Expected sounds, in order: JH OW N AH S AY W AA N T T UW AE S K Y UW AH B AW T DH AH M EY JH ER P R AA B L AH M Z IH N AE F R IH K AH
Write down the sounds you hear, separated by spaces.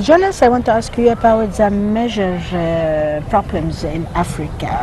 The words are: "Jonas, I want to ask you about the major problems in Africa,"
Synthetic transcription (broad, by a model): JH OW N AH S AY W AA N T T UW AE S K Y UW AH B AW T DH AH M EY ZH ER P R AA B L AH M Z IH N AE F R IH K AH